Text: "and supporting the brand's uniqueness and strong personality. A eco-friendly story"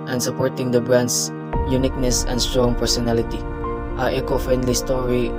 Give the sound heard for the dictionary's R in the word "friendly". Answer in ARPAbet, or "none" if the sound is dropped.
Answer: none